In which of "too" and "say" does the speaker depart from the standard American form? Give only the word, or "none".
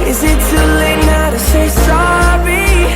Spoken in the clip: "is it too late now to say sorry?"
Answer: too